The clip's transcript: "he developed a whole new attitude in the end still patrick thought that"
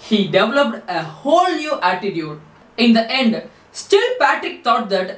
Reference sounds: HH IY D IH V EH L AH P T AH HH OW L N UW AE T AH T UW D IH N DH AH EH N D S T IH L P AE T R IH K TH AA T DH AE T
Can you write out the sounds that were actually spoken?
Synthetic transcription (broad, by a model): HH IY D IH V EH L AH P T AH HH OW L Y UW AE T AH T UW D IH N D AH EH N D S T IH L P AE T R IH K T AA T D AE T